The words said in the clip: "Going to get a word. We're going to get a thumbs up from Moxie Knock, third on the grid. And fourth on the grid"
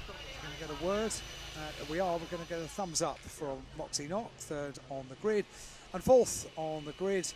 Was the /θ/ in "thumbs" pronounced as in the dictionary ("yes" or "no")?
yes